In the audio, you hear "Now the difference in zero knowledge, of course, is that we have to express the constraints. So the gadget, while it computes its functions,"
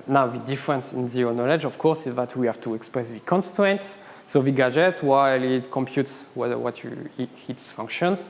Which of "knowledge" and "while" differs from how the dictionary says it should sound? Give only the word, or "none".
none